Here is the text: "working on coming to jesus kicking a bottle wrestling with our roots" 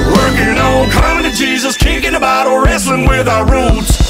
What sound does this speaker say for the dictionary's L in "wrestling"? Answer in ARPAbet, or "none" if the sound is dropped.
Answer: L